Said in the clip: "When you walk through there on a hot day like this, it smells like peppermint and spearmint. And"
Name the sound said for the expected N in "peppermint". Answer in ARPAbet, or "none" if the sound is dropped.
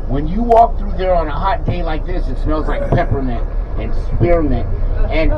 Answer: none